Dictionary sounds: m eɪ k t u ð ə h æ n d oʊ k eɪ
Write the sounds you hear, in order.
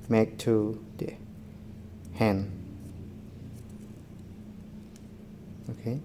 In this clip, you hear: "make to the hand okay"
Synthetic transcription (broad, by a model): m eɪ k t u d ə h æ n oʊ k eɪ